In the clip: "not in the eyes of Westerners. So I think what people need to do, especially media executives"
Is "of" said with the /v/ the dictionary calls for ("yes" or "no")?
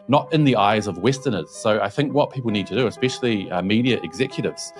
yes